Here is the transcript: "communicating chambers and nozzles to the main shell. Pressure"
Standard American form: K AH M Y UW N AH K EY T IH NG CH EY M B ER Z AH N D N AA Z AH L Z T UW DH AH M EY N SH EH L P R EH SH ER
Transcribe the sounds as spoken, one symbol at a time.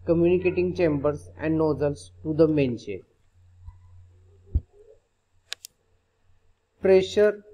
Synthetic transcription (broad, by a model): K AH M Y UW N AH K EY T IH NG CH EY M B ER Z AH N D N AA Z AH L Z T UW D AH M EY N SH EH N P R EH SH ER